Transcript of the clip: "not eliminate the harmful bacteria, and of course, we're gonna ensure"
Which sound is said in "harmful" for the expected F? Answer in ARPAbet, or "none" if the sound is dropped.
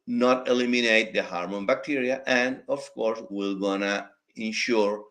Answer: none